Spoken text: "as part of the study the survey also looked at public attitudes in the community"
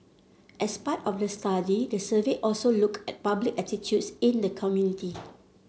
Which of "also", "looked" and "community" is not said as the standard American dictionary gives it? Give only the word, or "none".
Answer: looked